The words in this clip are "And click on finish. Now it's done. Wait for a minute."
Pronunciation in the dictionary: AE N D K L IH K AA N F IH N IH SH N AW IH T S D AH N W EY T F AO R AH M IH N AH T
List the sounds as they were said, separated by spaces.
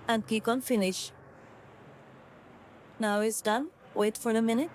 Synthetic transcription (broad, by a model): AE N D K IY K AA N F IH N IH SH N AW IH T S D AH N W EY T F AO R AH M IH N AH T